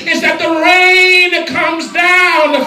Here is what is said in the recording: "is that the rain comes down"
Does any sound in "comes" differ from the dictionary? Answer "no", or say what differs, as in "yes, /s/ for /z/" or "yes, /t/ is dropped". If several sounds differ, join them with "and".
no